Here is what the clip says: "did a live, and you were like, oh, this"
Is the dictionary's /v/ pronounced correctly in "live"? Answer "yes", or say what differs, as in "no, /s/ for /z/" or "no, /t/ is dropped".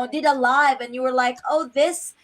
yes